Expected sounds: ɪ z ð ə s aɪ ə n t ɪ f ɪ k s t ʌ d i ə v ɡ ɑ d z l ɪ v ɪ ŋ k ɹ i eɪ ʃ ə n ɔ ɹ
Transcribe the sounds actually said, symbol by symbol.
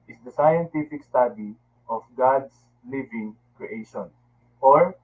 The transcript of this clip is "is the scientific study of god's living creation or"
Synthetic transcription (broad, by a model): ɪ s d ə s aɪ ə n t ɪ f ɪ k s t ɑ d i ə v ɡ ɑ d s l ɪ v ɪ ŋ k ɹ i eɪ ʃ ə n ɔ ɹ